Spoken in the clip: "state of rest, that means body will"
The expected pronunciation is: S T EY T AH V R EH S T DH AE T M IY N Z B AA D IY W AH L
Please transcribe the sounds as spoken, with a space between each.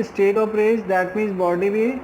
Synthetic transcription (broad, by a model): S T EY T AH P R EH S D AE T M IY N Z B AA D IY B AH